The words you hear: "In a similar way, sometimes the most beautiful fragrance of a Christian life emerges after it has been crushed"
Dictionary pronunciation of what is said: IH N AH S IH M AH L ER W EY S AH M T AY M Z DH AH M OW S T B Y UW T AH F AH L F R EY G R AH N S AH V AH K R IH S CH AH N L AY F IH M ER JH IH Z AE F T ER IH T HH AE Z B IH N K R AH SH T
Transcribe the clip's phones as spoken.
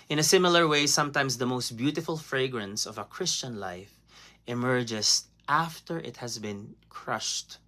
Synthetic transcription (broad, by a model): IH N AH S IH M AH L ER W EY S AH M T AY M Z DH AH M OW S T B Y UW T AH F AH L F R EY G R AH N S AH V AH K R IH S CH AH N L AY F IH M ER JH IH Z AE F T ER IH T HH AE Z B IH N K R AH SH T